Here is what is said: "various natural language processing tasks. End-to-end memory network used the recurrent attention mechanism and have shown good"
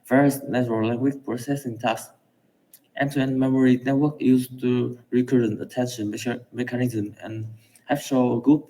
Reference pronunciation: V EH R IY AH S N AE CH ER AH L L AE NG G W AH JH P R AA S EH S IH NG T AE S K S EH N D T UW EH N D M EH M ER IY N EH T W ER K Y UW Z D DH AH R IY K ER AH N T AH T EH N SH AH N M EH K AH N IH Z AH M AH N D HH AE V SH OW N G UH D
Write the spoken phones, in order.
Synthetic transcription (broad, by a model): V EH R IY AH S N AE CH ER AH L L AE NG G W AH CH P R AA S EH S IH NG T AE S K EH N T UW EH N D M EH M ER IY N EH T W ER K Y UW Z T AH R IY K ER AH N T AH T EH N SH AH N M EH K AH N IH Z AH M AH N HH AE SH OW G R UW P